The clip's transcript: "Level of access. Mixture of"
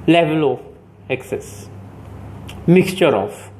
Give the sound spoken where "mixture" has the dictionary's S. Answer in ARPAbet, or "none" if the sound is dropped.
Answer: S